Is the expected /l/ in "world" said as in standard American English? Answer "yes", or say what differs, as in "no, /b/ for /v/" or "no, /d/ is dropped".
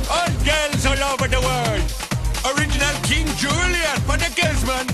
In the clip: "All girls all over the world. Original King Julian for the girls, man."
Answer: no, /l/ is dropped